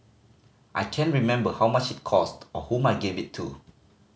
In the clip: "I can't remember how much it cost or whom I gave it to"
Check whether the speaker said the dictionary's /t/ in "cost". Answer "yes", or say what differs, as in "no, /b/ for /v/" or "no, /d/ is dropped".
yes